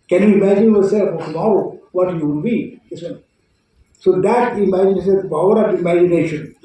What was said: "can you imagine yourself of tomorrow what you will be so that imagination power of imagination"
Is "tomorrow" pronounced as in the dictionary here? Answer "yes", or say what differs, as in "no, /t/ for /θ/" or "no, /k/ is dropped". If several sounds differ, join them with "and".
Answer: no, /ɹ/ is dropped